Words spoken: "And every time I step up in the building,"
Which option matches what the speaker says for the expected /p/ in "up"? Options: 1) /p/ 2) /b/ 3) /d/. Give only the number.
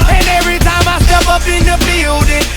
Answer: 2